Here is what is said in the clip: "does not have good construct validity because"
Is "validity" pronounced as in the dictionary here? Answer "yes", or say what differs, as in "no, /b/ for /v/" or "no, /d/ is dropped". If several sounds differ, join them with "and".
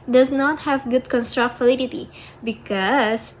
no, /f/ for /v/